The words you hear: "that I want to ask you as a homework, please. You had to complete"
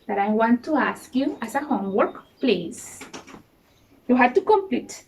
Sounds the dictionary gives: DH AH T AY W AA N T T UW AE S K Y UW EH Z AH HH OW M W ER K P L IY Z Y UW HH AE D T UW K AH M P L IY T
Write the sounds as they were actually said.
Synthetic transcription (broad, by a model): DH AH T AY W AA N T T UW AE S K Y UW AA S AH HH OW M W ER K P L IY S Y UW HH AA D T UW K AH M P L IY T